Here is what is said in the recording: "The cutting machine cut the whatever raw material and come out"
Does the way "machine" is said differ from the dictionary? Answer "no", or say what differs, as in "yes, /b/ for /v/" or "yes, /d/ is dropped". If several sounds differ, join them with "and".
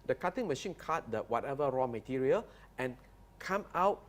no